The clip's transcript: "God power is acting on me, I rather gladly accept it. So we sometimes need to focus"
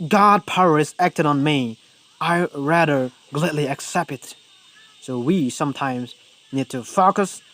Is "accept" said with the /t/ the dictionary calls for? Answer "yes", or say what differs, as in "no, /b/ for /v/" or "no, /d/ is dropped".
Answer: yes